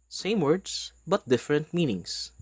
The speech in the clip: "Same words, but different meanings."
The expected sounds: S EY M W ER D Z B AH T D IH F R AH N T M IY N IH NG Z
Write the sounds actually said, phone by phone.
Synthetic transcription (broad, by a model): S EY M W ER D S B AH T D IH F R AH N T M IY N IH NG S